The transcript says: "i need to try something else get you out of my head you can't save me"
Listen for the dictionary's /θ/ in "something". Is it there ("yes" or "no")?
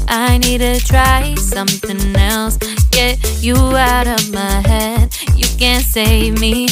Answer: yes